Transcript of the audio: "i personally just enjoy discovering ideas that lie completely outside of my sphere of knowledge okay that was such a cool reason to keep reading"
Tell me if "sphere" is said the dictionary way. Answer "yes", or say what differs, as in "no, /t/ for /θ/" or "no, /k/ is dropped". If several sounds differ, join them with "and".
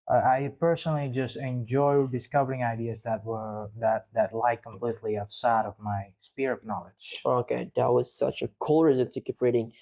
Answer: no, /p/ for /f/